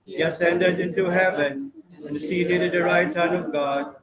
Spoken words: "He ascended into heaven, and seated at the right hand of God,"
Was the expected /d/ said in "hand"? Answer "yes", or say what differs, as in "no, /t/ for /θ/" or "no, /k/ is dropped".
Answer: no, /d/ is dropped